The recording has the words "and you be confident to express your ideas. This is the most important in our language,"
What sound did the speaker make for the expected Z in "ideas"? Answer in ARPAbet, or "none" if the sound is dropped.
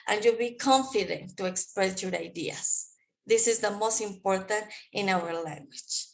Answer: S